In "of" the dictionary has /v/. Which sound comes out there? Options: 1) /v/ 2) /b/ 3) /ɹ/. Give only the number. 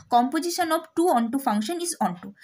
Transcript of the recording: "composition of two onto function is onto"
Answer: 2